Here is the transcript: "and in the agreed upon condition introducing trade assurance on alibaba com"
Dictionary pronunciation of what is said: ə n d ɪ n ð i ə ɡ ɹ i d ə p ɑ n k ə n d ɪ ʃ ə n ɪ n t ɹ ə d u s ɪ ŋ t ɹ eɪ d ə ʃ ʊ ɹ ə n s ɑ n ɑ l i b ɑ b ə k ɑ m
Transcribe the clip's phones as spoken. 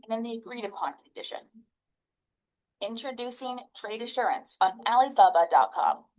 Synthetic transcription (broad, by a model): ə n ɪ n ð i ə ɡ ɹ i d ə p ɑ n k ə n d ɪ ʃ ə n ɪ n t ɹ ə d u s ɪ ŋ t ɹ eɪ d ə ʃ ʊ ɹ ə n s n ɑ l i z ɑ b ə k ɑ m